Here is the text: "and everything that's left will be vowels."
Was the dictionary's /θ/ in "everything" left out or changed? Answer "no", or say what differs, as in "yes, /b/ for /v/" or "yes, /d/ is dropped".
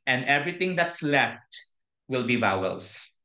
yes, /t/ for /θ/